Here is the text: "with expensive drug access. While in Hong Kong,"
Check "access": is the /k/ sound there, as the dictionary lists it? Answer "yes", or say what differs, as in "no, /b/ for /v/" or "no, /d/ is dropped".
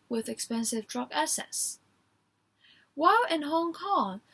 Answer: no, /k/ is dropped